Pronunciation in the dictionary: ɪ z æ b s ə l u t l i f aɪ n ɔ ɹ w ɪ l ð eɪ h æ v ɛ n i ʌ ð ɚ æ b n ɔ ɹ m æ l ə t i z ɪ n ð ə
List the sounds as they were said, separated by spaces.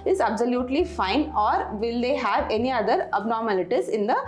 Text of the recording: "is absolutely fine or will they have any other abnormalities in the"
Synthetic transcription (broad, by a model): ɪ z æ b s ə l u t l i f aɪ n ɔ ɹ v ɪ l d eɪ h æ v ɛ n i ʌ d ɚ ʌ b n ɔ ɹ m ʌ l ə t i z ɪ n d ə